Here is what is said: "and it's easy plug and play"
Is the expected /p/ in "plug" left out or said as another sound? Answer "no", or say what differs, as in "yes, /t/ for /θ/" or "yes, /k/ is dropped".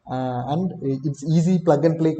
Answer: no